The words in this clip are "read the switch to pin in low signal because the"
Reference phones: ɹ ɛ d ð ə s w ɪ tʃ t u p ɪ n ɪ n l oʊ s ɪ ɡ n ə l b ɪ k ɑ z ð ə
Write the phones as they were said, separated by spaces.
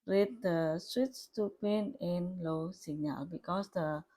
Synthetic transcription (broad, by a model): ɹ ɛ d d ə s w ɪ s t u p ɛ n ɪ n l oʊ s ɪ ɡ n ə l b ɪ k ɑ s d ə